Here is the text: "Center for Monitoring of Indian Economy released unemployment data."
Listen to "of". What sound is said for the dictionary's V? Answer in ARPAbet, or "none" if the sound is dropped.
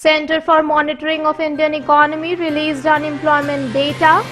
P